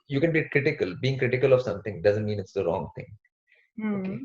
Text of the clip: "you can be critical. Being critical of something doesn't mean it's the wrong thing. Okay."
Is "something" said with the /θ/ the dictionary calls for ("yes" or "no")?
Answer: no